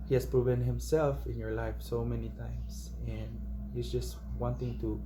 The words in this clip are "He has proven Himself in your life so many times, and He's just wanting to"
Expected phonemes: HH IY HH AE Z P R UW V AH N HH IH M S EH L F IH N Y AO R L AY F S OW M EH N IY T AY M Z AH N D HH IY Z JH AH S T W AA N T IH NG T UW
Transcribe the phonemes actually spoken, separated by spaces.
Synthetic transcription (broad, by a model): HH IY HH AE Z P R UW V AH N HH IH M S EH L F IH N Y AO R L AY F S OW M EH N IY T AY M S AH N D HH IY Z JH AH S T W AA N T IH NG T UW